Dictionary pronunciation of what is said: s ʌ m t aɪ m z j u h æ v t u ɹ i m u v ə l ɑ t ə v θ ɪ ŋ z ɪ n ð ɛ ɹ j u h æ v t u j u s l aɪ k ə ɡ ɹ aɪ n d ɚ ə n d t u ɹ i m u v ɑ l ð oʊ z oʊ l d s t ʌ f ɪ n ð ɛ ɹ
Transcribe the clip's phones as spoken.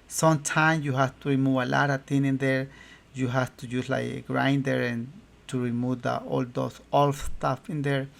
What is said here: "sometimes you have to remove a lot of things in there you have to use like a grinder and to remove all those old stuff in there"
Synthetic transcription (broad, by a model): s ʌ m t aɪ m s j u h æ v t u ɹ i m u v ə l ɑ t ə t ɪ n ɪ n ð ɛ ɹ j u h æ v t u j u s l aɪ k ɡ ɹ aɪ n d ɚ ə n t u ɹ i m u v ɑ l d oʊ s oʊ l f s t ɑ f ɪ n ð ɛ ɹ